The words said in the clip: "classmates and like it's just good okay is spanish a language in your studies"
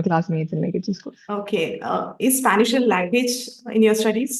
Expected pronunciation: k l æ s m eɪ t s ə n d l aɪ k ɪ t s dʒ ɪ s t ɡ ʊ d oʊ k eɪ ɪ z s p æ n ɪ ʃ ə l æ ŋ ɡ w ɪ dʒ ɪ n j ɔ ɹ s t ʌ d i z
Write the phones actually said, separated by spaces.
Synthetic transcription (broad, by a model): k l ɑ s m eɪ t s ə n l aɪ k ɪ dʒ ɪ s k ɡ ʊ oʊ k eɪ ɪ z s p æ n ɪ ʃ ə l æ ŋ ɡ w ɪ dʒ ɪ n j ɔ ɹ s t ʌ d i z